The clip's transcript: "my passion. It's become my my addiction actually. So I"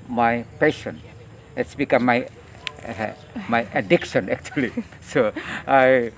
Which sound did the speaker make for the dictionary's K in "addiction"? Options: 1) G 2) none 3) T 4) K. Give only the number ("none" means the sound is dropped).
4